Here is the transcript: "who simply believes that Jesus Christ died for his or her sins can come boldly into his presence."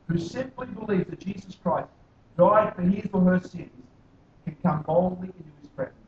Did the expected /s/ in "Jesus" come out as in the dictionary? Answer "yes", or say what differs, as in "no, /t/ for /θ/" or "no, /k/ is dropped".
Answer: yes